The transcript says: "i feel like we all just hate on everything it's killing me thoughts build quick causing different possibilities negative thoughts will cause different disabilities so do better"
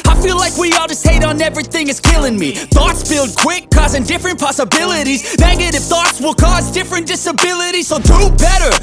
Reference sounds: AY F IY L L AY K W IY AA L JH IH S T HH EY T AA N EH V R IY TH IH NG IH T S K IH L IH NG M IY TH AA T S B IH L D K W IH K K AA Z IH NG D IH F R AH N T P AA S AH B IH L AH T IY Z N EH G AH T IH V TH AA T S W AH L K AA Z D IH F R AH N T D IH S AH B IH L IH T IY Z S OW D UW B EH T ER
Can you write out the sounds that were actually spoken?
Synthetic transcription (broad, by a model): AY F IY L L AY K W IY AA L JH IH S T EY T N EH V R IY TH IH NG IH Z K IH L IH NG M IY TH AA T S B IH L D K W IH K K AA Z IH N D IH F R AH N P AA S AH B IH L AH T IY Z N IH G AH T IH F TH AA T S W AH L K AA Z D IH F R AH N D IH S AH B IH L IH T IY Z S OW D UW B EH T ER